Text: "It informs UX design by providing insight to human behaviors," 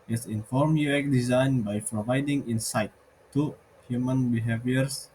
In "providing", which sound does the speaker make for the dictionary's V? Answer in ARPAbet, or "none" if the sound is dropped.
V